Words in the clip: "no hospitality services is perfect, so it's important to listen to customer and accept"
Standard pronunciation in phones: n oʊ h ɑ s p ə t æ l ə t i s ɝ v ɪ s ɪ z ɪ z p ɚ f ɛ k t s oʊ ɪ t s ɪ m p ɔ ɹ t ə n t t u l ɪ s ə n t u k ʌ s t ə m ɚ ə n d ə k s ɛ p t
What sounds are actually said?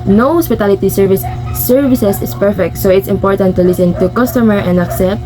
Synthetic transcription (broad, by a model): n oʊ h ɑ s p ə t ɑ l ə t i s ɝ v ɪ s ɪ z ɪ s p ɚ f ɛ k t s oʊ ɪ t s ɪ m p ɔ ɹ t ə n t t u l ɪ s ə n t u k ʌ s t ə m ɚ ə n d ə k s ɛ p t